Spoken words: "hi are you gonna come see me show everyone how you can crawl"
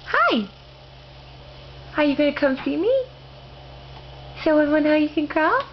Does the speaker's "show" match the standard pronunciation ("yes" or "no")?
no